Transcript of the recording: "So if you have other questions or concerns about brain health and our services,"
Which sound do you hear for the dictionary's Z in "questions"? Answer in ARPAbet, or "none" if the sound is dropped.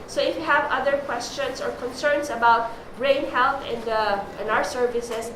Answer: S